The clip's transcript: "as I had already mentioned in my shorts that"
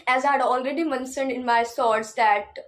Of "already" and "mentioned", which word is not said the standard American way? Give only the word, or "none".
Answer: mentioned